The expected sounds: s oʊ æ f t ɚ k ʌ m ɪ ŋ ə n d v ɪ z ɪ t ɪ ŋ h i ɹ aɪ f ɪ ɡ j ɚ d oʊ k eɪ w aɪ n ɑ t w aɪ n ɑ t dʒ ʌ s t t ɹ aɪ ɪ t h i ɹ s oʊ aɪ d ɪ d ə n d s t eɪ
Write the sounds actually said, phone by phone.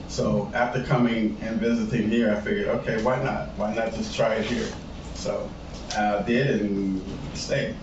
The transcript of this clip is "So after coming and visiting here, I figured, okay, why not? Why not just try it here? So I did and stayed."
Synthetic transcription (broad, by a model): s oʊ æ f t ɚ k ʌ m ɪ ŋ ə n v ɪ z ɪ t ɪ ŋ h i ɹ aɪ f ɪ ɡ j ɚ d oʊ k eɪ w aɪ n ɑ t w aɪ n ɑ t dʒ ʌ s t t ɹ aɪ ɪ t h i ɹ s oʊ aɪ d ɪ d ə n s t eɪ